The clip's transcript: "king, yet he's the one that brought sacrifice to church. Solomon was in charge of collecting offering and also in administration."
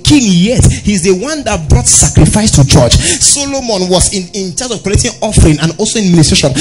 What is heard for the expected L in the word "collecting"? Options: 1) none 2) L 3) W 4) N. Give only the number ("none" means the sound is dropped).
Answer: 1